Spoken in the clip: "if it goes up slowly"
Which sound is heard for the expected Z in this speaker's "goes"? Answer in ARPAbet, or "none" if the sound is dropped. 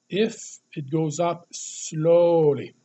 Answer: Z